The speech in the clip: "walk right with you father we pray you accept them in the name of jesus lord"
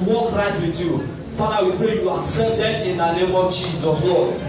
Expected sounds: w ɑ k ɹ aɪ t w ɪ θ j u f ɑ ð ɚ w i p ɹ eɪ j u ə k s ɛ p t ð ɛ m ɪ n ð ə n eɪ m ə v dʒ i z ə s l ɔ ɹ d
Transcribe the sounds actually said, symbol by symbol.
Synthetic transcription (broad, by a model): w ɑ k ɹ aɪ t w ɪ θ j u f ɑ ɑ w i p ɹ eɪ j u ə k s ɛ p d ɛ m ɪ n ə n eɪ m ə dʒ i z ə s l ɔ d